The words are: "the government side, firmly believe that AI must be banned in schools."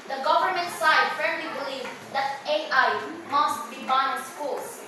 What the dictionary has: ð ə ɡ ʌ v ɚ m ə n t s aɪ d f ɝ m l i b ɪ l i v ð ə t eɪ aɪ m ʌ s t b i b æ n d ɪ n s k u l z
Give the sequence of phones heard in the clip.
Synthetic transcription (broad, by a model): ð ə ɡ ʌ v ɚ m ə n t s aɪ d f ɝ l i b ɪ l i v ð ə t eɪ aɪ m ʌ s t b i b ɪ n s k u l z